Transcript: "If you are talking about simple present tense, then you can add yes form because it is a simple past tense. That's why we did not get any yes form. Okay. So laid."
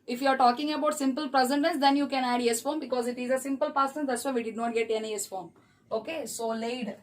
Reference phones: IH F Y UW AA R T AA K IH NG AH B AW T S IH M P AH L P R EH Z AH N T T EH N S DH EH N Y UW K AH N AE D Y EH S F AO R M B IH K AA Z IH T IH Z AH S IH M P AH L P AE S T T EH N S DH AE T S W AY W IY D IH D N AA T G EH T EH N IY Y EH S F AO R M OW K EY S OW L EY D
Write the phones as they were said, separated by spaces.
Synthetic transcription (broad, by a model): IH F Y UW AA R T AA K IH NG AH B AW T S IH M P AH L P R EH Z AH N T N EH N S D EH N Y UW K AH N AE D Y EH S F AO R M B IH K AA Z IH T IH Z AH S IH M P AH L P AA T S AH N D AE T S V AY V IY D IH D N AA T G EH T EH N IY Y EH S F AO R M OW K EY S OW L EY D